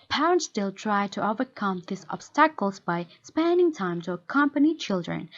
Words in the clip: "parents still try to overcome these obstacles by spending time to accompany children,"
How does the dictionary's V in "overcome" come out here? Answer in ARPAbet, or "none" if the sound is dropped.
V